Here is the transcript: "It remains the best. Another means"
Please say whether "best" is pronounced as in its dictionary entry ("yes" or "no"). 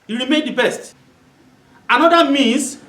yes